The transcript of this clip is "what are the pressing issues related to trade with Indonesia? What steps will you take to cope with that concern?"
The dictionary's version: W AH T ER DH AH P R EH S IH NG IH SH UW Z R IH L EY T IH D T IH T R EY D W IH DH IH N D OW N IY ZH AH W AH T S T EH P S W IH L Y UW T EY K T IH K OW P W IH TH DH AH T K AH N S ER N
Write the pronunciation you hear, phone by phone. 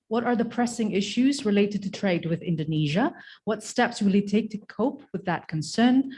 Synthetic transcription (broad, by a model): W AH T ER DH AH P R EH S IH NG IH SH UW Z R IH L EY T IH D T IH T R EY D W IH DH IH N D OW N IY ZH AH W AH T S T EH P S W IH L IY T EY K T IH K OW P W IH DH AH T K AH N S ER N